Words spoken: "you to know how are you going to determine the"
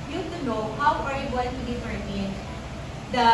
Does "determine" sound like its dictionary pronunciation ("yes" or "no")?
no